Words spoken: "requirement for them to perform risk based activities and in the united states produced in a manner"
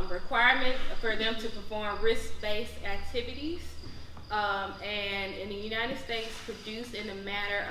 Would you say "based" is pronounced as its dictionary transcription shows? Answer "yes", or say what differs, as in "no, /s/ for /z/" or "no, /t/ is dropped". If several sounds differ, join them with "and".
no, /t/ is dropped